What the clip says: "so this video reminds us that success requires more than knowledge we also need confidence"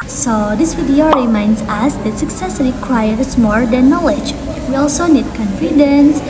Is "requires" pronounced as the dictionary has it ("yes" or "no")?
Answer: no